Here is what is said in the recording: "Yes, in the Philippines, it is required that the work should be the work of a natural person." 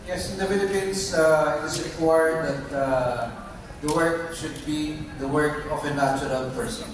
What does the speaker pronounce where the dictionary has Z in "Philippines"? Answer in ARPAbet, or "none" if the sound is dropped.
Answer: S